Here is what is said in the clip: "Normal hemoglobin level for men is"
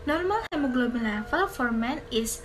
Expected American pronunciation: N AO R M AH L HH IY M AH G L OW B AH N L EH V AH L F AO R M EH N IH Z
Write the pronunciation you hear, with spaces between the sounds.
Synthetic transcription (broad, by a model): N AO R M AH L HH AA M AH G L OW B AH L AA F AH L F AO R M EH N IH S